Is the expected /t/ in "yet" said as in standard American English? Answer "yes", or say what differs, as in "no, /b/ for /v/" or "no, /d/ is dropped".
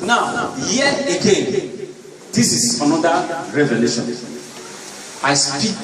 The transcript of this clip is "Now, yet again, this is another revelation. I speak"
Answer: no, /t/ is dropped